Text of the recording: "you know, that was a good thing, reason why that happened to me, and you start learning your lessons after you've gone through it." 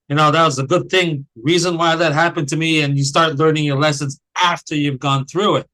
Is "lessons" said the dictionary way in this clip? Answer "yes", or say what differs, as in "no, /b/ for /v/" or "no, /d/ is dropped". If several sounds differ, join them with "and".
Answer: yes